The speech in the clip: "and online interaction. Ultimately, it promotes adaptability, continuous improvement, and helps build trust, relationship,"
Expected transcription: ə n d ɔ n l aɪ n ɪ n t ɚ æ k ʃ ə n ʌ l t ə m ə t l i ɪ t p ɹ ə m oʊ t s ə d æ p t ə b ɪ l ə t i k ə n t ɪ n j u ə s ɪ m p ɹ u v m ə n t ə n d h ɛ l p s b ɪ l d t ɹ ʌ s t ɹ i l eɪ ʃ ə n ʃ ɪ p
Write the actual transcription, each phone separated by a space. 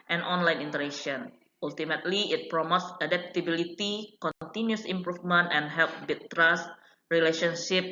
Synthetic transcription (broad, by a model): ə n ɔ n l aɪ n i n t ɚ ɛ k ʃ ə n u l t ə m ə t l i ɪ t p ɹ ə m oʊ t s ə d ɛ p t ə b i l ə t i k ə n t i n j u s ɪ m p ɹ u f m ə n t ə n h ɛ l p b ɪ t t ɹ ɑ s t ɹ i l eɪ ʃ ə n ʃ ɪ p